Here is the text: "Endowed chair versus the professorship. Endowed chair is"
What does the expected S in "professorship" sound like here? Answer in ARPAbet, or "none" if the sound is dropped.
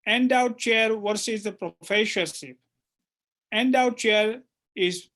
SH